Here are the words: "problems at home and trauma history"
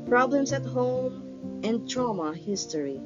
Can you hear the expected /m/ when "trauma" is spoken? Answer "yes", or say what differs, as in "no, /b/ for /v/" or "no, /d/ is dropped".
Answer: yes